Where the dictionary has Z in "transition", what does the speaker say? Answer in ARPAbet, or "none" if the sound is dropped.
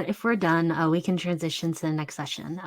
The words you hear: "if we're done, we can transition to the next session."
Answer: Z